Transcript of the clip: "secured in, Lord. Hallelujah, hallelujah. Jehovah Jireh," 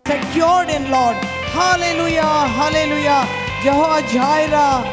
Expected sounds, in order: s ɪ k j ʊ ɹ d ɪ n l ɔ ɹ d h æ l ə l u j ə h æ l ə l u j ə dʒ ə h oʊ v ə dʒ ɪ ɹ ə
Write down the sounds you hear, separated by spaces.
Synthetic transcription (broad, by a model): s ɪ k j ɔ ɹ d ɪ n l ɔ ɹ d h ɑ l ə l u j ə h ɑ l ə l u j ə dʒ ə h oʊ ə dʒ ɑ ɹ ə